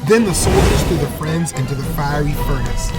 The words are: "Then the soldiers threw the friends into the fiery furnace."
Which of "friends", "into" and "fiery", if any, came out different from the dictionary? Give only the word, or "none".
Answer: none